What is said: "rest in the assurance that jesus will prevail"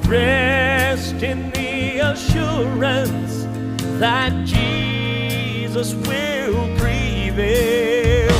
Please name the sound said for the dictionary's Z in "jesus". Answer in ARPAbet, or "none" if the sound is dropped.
Z